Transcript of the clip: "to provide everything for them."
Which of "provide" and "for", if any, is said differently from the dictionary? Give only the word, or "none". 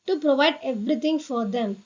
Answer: none